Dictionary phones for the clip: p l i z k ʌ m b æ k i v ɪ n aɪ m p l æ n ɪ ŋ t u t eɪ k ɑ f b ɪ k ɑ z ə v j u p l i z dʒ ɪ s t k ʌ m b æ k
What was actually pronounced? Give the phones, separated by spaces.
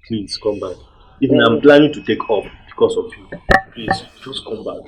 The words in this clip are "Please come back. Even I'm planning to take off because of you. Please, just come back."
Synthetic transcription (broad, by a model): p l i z k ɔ m b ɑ k i v ɪ n aɪ m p l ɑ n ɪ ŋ t u t eɪ k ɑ p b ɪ k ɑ s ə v j u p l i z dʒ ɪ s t k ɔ m b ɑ k